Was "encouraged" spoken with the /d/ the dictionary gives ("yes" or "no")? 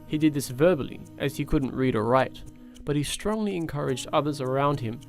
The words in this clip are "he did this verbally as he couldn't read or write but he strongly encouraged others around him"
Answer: yes